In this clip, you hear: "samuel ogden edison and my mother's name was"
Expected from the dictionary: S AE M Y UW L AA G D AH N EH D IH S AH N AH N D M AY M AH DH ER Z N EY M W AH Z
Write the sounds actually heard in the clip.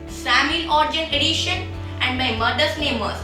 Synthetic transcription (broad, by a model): S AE M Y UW L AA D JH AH N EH D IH SH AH N AH N D M AY M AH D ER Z N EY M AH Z